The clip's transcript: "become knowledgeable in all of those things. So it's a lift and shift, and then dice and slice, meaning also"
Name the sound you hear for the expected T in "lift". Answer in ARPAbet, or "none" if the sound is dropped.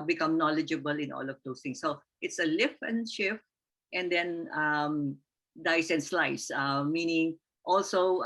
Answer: none